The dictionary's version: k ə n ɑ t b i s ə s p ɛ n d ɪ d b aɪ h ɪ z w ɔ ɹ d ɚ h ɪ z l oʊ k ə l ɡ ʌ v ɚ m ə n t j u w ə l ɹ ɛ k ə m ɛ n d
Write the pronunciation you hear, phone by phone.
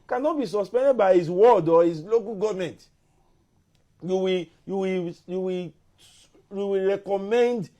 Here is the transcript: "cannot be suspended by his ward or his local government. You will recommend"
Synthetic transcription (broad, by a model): k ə n ɑ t b i s ə s p ɛ n d ɪ d b aɪ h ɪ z w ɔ d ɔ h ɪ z l oʊ k ə l ɡ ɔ v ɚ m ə n t j u w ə w ɹ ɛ k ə m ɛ n d